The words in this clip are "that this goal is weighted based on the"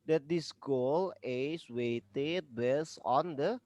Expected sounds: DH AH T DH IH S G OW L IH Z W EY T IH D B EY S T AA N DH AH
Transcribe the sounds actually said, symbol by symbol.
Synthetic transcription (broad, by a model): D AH T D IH S G OW L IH S W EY T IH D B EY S AA N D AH